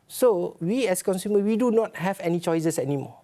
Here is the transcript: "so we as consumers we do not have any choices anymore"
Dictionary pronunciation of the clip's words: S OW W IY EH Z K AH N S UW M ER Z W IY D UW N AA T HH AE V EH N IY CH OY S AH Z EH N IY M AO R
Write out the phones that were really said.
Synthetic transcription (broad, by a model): S OW W IY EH S K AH N S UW M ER W IY D UW N AA T HH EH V EH N IY CH OY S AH S EH N IY M AO